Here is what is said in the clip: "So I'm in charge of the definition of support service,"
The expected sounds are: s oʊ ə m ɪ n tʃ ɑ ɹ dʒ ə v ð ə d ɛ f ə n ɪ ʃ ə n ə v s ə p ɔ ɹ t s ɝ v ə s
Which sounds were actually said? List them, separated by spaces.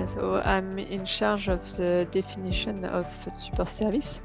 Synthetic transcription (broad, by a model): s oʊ ə m n ʃ ɑ ɹ ʒ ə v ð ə d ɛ f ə n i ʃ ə n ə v s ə p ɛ ɹ s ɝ v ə s